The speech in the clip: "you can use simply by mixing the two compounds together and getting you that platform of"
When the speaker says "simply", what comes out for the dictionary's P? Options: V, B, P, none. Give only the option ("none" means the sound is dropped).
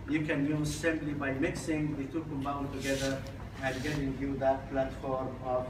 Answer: B